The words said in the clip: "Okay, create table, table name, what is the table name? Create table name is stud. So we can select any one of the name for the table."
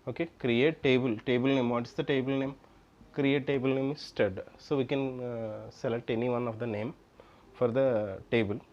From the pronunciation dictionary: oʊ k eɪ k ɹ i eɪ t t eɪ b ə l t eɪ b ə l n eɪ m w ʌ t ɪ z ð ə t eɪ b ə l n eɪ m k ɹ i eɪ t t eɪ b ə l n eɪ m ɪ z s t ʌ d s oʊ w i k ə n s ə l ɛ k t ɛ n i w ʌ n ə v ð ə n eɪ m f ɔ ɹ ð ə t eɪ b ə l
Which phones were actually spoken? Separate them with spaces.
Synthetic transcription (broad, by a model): oʊ k eɪ k ɹ i eɪ t t eɪ b ə l t eɪ b ə l n eɪ m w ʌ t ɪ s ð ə t eɪ b ə l n eɪ m k ɹ i eɪ t t eɪ b ə l n eɪ m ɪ s t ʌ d s oʊ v i k ə n s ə l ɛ t ɛ n i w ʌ n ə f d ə n eɪ m f ɔ ɹ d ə t eɪ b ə l